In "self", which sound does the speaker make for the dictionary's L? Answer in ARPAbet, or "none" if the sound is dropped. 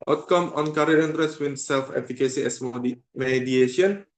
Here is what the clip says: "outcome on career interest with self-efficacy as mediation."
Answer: L